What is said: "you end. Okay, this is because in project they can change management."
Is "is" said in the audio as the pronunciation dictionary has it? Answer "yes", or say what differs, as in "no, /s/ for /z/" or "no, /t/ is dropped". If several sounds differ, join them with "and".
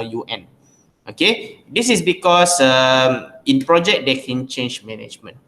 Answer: no, /s/ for /z/